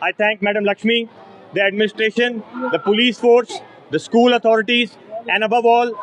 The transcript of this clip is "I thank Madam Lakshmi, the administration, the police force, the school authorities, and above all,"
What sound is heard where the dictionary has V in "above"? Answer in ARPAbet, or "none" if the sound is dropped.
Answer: V